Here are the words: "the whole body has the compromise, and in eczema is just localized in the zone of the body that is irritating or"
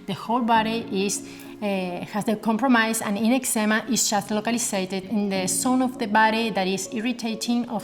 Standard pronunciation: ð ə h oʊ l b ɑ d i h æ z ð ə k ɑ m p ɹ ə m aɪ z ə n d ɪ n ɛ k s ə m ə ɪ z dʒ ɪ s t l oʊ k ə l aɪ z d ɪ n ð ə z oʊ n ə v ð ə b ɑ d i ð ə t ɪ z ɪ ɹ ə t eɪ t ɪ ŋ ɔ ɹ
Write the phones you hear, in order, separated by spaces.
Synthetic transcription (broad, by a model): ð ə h oʊ l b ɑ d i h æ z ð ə k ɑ m p ɹ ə m aɪ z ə n ɪ n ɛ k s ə m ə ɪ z dʒ ɪ s t l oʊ k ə l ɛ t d ɪ n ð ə s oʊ n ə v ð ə b ɑ d i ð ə t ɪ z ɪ ɹ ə t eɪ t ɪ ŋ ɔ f